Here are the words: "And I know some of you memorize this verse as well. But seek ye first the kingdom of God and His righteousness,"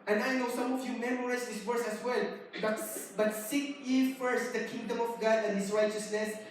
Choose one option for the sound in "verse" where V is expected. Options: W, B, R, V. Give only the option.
W